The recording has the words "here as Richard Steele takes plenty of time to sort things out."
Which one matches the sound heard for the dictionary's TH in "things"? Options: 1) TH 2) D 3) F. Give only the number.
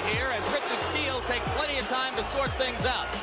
1